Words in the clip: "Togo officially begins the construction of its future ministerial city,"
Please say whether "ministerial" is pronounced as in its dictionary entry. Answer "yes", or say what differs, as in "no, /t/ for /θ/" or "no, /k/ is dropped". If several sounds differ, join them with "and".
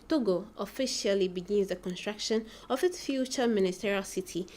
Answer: yes